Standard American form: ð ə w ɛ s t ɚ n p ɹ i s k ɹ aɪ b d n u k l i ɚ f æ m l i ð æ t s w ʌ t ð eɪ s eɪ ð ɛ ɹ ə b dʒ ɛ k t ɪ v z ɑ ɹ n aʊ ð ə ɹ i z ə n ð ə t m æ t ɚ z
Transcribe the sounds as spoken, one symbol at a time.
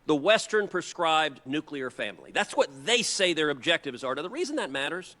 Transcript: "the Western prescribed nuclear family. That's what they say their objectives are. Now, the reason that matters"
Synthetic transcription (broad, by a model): ð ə w ɛ s t ɚ n p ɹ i s k ɹ aɪ b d n u k l i ɚ f æ m l i ð æ t s w ʌ t ð eɪ s eɪ ð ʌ ɹ ə b dʒ ɛ k t ɪ v z ɑ ɹ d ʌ ð ə ɹ i z ə n ð ə t m æ t ɚ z